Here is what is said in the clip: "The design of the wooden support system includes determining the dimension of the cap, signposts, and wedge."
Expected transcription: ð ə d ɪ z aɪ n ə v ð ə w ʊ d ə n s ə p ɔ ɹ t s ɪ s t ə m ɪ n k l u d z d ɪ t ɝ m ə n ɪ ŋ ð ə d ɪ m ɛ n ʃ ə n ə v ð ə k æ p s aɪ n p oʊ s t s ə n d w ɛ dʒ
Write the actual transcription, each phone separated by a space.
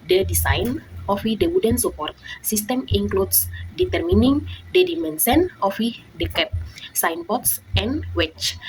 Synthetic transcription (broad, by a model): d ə d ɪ s aɪ n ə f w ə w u d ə n s ə p ɔ ɹ t s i s t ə m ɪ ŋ k l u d s d ɪ t ɝ m ə n ɪ ŋ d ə d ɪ m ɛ n s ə n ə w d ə k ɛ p s aɪ n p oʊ t s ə n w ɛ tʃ